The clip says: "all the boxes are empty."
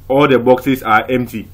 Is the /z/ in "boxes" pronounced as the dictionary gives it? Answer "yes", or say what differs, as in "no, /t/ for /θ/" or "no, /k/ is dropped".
no, /s/ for /z/